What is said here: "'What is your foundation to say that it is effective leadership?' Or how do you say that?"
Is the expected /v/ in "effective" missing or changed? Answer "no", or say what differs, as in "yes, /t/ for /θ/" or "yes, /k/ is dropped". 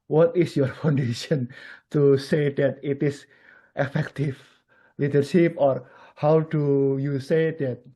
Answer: yes, /f/ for /v/